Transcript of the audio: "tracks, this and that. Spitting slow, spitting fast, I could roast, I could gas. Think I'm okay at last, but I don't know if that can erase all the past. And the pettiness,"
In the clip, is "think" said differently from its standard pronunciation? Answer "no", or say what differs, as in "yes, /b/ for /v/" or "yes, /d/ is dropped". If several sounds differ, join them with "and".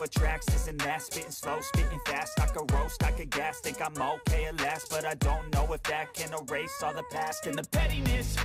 yes, /t/ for /θ/ and /ŋ/ is dropped